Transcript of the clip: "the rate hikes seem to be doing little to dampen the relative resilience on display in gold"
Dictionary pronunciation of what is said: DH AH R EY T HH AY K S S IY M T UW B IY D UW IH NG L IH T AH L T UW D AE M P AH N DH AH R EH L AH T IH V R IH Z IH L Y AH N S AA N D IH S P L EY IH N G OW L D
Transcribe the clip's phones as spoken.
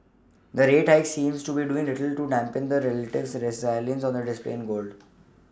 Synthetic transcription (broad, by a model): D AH R EY T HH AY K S S IY M T UW B IY D UW IH NG L IH T AH L T UW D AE M P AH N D AH R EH L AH T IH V R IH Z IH L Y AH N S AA N D IH S P L EY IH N G OW L D